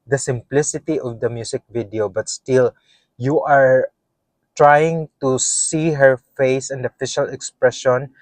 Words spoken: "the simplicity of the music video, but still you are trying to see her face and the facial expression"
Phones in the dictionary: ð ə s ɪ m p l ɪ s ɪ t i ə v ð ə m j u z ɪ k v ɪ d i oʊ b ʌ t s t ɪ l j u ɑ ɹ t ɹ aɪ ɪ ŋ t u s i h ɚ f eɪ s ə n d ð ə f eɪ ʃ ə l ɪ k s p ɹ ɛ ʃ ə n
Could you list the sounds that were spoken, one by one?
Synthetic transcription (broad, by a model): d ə s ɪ m p l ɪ s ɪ t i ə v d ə m j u s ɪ k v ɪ d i oʊ b ʌ t s t ɪ l j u ɑ ɹ t ɹ aɪ ɪ ŋ t u s i h ɚ f eɪ s ə n d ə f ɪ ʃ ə l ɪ k s p ɹ ɛ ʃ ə n